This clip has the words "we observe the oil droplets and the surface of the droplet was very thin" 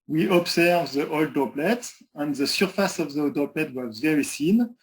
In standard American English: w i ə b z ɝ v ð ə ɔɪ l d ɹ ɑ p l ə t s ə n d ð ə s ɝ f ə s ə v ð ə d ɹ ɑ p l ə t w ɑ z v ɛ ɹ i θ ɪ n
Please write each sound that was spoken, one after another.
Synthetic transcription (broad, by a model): w i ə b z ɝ v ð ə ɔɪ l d ɑ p l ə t ə n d ð ə s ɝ f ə s ə v ð ə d ɑ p l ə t w ɑ z v ɛ ɹ i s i n